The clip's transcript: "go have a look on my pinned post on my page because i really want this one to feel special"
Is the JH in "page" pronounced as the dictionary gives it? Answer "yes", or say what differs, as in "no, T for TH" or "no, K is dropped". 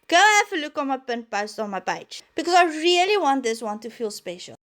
no, CH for JH